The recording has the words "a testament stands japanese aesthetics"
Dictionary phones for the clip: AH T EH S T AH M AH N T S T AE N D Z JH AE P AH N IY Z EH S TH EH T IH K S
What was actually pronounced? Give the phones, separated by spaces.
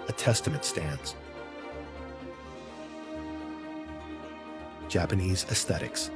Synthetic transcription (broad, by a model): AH T EH S T AH M AH N T S T AE N D Z JH AE P AH N IY Z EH S TH EH T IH K S